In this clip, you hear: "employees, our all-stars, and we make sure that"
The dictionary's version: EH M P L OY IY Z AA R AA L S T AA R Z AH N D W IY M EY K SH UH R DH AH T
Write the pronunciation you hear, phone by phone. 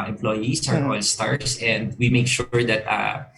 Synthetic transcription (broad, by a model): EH M P L OY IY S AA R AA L S T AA R S AH N D W IY M EY K SH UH R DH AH T